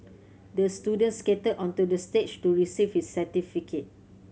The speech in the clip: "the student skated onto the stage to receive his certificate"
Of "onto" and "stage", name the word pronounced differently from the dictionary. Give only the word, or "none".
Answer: stage